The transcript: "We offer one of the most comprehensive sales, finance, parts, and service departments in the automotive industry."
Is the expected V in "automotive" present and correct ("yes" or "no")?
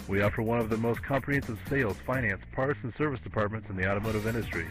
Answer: yes